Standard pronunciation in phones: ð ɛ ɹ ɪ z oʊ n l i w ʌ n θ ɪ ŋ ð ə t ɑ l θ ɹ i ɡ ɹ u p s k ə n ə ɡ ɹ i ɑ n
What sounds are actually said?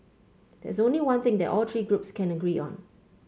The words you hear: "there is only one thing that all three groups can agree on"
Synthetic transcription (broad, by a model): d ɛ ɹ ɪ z oʊ n l i w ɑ n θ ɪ ŋ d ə t ɑ l t ɹ i ɡ ɹ u p s k ə n ə ɡ ɹ i ɑ n